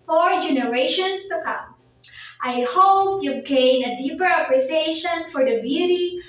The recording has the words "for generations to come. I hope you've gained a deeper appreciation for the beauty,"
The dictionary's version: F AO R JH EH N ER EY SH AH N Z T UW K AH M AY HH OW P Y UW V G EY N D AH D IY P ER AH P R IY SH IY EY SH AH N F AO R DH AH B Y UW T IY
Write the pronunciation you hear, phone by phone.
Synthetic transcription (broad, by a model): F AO R JH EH N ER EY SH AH N S T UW K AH M AY HH OW P Y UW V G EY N AH D IY P ER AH P R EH S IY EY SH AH N F AO R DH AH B Y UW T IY